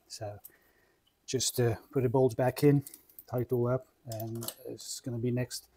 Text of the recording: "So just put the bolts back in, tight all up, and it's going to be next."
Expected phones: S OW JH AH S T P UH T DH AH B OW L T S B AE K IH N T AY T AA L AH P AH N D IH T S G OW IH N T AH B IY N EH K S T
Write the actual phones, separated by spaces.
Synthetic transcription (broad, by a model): S OW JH AH S T P UH T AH B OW L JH B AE K IH N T AY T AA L AH P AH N IH T S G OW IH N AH B IY N EH K S T